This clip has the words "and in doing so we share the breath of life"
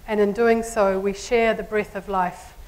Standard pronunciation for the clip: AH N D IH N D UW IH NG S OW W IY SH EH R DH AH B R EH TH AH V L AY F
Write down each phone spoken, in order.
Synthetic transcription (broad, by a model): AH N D IH N D UW IH NG S OW W IY SH EH R DH AH B R EH TH AH V L AY F